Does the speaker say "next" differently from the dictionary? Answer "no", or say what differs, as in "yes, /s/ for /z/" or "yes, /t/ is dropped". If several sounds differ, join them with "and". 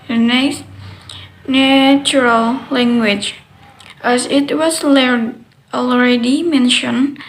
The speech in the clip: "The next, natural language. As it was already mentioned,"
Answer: yes, /k/ is dropped